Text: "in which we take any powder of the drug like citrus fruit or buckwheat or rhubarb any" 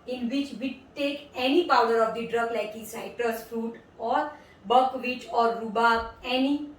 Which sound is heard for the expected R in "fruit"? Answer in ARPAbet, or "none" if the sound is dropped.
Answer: R